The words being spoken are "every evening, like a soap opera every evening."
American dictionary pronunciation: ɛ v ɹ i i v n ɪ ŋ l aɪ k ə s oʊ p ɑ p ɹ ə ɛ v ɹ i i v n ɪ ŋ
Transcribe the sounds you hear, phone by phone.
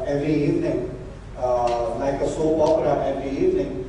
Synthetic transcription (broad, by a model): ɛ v ɹ i i v n ɪ ŋ l aɪ k ə s oʊ p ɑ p l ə ɛ v ɹ i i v n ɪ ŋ